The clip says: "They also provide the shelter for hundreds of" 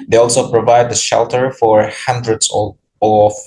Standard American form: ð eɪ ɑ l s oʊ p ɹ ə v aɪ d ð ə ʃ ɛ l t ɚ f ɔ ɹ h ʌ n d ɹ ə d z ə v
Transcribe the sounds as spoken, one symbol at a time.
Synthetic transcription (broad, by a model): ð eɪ ɑ l s oʊ p ɹ ə v aɪ d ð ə ʃ ɛ l t ɚ f ɔ ɹ h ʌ n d ɹ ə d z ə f